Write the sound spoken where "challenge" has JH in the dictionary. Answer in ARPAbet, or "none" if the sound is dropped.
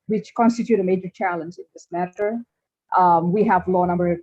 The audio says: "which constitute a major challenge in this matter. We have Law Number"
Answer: JH